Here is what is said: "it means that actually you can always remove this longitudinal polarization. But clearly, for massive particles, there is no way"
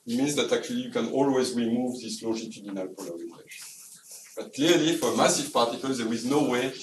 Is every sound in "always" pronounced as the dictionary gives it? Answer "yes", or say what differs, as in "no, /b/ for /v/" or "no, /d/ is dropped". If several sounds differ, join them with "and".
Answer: yes